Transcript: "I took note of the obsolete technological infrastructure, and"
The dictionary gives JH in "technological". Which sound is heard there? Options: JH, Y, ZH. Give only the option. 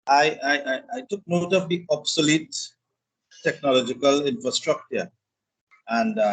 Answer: JH